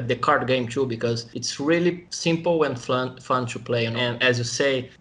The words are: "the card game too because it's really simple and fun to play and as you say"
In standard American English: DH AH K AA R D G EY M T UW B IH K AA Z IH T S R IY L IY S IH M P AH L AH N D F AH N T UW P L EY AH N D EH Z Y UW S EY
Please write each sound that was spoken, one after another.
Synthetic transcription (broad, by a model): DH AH K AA R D G EY M T UW B IH K AA Z IH T S R IY L IY S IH M P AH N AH N F AH N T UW P L EY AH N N EH Z Y UW S EY